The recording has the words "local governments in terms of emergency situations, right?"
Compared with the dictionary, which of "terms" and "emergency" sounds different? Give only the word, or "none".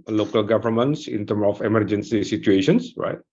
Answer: terms